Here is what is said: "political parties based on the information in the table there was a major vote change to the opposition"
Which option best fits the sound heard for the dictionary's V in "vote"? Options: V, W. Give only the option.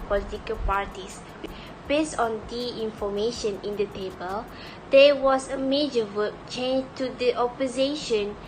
W